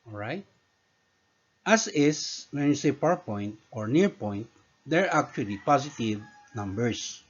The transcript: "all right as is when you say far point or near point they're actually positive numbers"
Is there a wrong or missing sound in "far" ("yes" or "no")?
yes